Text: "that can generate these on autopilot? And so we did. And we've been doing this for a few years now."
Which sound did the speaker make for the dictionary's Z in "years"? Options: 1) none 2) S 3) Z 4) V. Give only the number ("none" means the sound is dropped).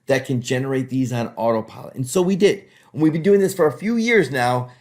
3